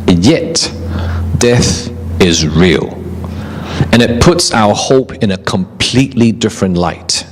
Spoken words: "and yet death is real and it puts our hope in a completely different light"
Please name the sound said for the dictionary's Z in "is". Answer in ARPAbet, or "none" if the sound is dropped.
Z